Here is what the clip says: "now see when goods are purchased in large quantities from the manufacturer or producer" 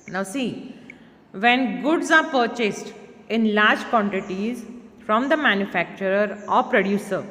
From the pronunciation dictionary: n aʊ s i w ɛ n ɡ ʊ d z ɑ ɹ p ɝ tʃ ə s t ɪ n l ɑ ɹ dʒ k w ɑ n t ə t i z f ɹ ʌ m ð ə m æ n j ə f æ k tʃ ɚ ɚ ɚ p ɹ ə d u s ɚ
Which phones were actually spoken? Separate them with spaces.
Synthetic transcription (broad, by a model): n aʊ s i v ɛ n ɡ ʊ d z ɑ ɹ p ɝ tʃ ə s t ɪ n l ɑ ɹ dʒ k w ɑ n t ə t i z f ɹ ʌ m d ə m æ n j ə f æ k tʃ ɚ ɚ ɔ p ɹ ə d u s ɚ